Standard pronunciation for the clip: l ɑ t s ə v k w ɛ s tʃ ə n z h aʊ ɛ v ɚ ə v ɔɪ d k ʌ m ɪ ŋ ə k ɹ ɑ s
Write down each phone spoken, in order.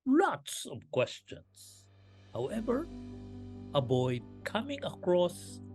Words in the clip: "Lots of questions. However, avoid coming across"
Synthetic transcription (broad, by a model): l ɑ t s ə v k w ɛ s tʃ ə n s h aʊ ɛ v ɚ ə b ɔɪ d k ʌ m ɪ ŋ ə k ɹ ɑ s